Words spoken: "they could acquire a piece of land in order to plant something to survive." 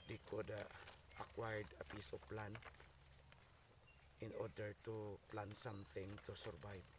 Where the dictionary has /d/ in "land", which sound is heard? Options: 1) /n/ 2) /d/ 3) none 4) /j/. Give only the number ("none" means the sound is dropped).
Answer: 3